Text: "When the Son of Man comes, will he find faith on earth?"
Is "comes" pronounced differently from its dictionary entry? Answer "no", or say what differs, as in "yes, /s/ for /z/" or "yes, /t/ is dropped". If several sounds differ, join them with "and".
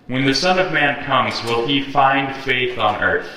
no